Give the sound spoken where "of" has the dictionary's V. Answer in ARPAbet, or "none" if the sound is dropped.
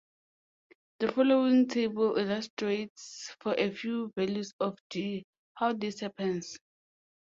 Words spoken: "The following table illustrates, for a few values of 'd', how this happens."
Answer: F